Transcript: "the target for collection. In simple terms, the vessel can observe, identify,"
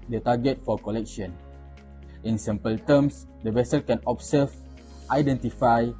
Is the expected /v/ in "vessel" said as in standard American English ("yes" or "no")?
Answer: yes